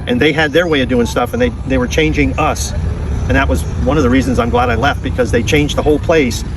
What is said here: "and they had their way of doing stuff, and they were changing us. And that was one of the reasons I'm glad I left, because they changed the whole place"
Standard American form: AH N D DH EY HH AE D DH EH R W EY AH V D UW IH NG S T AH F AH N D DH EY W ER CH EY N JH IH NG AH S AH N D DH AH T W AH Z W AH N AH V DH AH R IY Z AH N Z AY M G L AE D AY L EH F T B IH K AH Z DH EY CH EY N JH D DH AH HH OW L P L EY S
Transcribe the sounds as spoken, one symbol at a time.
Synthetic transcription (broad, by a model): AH N DH EY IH D DH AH R W EY AH V D UW IH NG S T AH F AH N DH DH EY W ER CH EY N JH IH NG AH S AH N DH AH T W AH Z W AH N AH V DH AH R IY Z AH N Z AY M G L AE D AY L EH F T B IH K AH Z DH EY CH EY N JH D DH AH HH OW L P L EY S